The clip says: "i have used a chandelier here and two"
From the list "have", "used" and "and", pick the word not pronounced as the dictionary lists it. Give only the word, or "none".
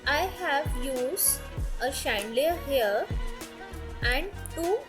used